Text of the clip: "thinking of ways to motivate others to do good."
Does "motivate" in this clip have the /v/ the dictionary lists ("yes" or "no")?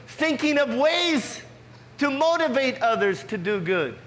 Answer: yes